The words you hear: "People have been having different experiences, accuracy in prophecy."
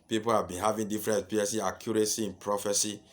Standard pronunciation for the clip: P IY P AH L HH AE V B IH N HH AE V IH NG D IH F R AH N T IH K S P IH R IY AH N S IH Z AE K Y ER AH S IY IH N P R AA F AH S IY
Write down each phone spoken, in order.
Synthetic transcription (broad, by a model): P IY P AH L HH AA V B IH N HH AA V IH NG D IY F R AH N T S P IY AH S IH AA K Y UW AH S IY IH N P R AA F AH S IY